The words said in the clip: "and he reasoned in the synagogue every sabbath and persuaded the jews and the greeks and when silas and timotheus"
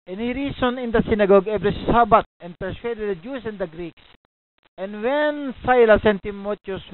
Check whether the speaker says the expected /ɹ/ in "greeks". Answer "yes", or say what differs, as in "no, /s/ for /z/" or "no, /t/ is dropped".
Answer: yes